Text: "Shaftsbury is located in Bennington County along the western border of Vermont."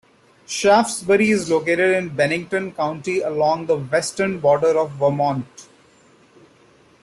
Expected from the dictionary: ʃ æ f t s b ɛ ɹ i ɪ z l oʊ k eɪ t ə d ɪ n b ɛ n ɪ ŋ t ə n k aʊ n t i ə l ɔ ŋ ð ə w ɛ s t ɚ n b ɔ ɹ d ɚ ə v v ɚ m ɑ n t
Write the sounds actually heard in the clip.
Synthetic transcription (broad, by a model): ʃ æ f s b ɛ ɹ i ɪ z l oʊ k eɪ t ə d ɪ n b ɛ n ɪ ŋ t ə n k aʊ n t i ə l ɔ ŋ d ə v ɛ s t ɚ n b ɔ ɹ d ɚ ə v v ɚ m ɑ n t